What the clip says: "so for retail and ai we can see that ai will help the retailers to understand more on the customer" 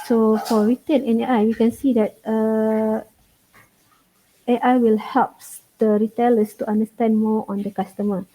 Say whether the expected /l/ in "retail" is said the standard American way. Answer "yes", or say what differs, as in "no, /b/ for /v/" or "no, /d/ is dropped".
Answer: no, /n/ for /l/